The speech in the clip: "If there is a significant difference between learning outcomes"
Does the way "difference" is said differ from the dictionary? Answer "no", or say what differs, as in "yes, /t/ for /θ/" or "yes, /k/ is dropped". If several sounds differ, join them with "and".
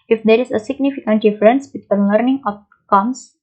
no